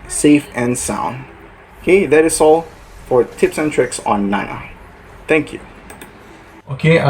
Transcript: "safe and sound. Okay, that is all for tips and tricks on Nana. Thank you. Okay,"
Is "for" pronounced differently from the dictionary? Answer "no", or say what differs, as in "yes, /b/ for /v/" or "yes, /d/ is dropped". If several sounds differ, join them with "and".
no